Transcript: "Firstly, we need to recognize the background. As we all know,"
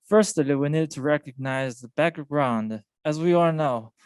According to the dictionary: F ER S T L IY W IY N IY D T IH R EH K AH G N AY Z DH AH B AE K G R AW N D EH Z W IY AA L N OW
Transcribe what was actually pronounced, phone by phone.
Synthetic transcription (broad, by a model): F ER S T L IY W IY N IY D T IH R EH K AH G N AY Z DH AH B AE K G R AW N D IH Z W IY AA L N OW